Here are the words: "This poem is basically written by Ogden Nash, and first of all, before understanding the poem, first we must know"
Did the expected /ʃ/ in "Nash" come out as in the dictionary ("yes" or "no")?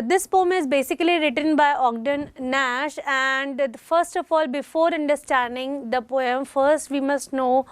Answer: yes